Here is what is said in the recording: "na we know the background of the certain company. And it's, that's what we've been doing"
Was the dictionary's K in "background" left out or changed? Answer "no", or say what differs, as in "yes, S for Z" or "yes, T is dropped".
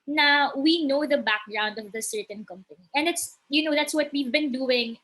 no